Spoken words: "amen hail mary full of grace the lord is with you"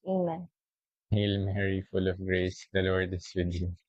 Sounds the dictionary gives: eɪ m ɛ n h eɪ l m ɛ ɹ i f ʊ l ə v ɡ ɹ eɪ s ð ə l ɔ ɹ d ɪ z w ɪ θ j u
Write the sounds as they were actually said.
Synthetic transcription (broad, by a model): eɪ m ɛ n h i l m ɛ ɹ i f ʊ l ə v ɡ ɹ eɪ s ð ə l ɔ ɹ d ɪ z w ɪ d j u